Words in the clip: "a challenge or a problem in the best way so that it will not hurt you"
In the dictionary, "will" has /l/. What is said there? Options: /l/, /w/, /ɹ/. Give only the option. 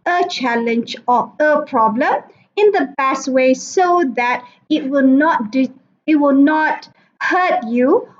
/w/